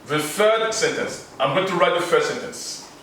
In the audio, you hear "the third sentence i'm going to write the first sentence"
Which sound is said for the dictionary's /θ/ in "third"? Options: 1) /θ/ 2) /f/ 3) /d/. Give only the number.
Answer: 2